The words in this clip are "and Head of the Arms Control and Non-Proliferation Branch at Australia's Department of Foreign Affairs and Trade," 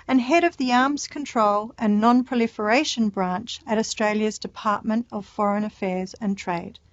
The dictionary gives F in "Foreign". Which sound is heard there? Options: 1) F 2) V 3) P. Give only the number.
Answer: 1